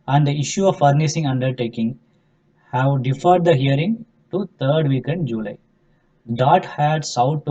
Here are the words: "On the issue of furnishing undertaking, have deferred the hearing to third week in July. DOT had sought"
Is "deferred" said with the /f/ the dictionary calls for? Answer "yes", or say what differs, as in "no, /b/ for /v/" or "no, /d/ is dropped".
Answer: yes